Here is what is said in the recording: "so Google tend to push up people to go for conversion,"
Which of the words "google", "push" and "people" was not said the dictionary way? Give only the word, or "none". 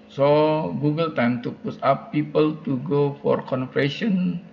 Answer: push